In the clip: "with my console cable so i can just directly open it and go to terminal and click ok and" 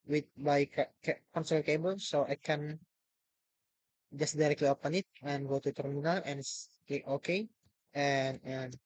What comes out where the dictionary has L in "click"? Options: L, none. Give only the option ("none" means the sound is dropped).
none